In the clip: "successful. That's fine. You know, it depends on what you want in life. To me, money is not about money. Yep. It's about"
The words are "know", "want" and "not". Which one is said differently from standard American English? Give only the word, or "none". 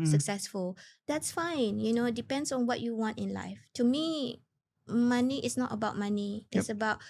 none